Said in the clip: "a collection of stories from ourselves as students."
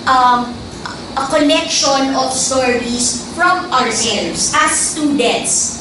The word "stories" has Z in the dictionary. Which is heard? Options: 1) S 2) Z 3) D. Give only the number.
1